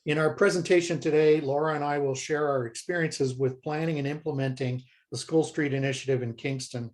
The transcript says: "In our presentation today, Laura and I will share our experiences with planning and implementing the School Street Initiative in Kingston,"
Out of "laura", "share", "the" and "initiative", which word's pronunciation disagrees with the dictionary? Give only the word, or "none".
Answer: none